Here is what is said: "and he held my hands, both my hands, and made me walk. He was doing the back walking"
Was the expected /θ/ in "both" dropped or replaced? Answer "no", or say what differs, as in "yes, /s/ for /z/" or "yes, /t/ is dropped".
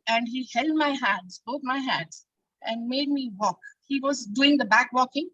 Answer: yes, /t/ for /θ/